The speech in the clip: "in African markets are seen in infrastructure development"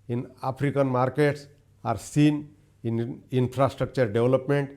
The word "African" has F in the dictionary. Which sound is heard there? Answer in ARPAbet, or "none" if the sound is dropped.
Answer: P